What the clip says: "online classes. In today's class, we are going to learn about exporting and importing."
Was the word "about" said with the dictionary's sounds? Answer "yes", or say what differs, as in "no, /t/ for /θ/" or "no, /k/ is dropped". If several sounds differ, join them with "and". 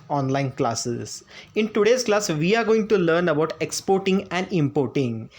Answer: yes